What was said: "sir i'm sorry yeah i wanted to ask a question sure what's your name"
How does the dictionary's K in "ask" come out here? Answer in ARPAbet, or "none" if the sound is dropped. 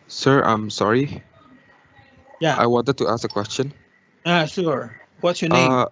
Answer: K